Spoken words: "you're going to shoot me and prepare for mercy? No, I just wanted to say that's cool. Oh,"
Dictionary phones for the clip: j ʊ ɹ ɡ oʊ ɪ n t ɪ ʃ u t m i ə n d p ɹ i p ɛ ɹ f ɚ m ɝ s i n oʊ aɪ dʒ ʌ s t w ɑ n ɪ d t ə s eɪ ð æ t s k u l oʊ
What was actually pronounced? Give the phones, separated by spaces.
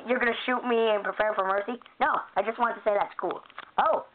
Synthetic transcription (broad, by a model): j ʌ ɹ ɡ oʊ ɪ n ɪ ʃ u t m i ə n p ɹ i p ɛ ɹ f ɚ m ɝ s i n oʊ aɪ dʒ ʌ s t w ɑ n t ə s eɪ ð æ t s k u l oʊ